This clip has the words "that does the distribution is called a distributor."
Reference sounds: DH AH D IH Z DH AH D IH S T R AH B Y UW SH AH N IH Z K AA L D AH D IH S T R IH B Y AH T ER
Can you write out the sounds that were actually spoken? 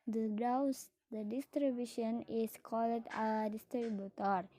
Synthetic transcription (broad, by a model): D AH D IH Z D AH D IH S T R AH B Y UW SH AH N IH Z K AA L D AH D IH S T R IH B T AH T